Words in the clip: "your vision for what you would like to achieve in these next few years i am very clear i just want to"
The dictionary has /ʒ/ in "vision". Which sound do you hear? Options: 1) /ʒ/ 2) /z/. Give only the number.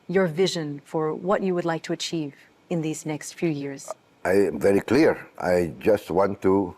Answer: 1